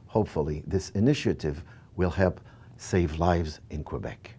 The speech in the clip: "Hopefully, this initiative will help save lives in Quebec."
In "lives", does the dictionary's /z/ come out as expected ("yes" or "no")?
yes